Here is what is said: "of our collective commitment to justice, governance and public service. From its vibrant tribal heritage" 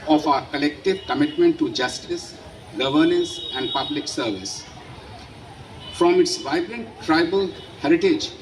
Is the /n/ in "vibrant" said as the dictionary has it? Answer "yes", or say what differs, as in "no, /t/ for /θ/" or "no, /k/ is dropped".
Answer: yes